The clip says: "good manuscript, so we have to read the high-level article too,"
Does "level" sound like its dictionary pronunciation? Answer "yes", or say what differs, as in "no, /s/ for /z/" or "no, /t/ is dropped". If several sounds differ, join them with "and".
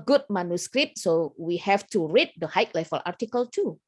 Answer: no, /f/ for /v/